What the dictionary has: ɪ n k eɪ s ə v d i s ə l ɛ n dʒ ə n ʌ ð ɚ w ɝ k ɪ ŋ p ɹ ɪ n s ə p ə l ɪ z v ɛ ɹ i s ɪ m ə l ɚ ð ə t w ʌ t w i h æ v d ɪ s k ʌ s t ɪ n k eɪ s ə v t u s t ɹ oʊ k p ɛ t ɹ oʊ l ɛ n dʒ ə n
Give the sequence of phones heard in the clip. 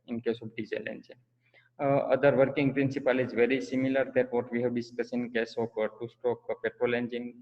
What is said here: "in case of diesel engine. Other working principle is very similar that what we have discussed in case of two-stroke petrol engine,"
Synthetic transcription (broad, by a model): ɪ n k eɪ s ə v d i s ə l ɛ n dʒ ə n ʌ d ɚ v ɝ k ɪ ŋ p ɹ ɪ n s ə p ə l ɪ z v ɛ ɹ i s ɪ m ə l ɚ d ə t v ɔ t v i h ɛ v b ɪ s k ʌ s ɪ n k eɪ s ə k t u s t oʊ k p ɛ t ɹ oʊ l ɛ n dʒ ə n